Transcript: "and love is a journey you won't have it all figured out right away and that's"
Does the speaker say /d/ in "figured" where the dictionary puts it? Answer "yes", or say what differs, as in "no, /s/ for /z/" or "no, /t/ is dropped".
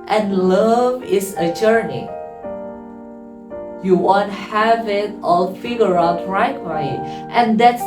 no, /d/ is dropped